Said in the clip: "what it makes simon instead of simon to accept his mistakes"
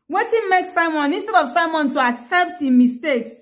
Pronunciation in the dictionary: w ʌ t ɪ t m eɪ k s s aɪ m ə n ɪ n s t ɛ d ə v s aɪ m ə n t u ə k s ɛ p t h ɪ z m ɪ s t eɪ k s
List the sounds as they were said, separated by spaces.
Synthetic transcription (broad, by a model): w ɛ t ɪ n m eɪ k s s aɪ m ə n ɪ n s t ɛ d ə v s aɪ m ə n t u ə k s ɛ p t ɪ m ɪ s t eɪ k s